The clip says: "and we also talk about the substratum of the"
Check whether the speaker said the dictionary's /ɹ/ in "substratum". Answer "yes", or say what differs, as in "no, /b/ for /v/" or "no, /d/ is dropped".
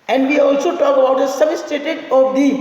no, /ɹ/ is dropped